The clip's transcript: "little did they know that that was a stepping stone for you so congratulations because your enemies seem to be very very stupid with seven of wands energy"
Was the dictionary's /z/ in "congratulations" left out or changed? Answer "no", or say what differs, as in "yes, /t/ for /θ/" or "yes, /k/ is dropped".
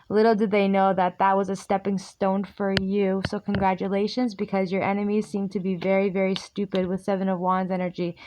no